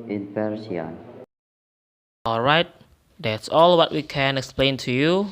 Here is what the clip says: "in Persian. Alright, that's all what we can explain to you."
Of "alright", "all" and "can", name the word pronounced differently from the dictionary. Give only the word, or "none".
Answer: none